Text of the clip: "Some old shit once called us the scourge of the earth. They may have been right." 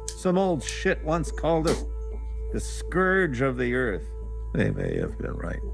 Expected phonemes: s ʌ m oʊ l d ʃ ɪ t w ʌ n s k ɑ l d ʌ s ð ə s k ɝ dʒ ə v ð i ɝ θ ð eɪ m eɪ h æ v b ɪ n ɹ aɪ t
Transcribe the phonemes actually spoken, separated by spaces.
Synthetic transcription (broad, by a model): s ʌ m oʊ l d ʃ ɪ t w ʌ n s k ɑ l d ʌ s ð ə s k ɝ dʒ ə v ð i ɝ θ ð eɪ m eɪ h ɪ v b ɪ n ɹ aɪ t